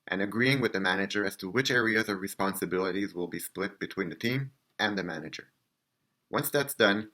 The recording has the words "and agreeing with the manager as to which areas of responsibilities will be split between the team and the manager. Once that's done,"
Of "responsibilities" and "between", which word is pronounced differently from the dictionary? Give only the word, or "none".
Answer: none